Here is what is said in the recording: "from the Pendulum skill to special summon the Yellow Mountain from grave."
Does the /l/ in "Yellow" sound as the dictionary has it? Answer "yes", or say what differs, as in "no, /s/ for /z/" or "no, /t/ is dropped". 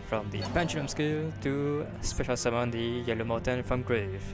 yes